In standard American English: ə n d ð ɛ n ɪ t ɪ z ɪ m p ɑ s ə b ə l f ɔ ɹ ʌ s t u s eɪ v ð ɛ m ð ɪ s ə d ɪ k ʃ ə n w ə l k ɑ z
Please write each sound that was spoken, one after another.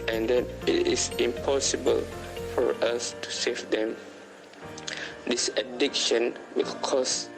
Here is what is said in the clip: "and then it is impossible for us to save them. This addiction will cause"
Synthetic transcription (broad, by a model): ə n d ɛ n ɪ t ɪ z ɪ m p ɑ s ə b ə l f ɔ ɹ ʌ s t u s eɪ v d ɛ m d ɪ s ə d ɪ k ʃ ə n w ə l k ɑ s